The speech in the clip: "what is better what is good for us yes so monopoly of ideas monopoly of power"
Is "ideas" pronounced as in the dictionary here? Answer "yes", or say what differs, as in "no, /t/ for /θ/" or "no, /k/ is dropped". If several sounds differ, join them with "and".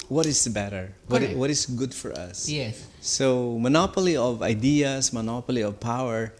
no, /s/ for /z/